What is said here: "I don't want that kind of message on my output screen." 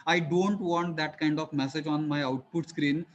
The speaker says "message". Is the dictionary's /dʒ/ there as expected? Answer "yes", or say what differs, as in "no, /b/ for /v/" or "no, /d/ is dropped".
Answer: yes